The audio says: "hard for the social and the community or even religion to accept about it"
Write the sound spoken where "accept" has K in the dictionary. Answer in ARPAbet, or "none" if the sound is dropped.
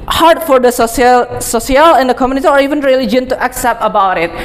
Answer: K